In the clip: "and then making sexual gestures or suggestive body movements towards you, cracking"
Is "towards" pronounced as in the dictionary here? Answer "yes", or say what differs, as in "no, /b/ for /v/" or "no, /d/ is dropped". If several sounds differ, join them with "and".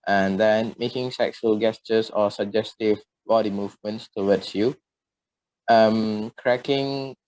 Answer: no, /w/ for /ɹ/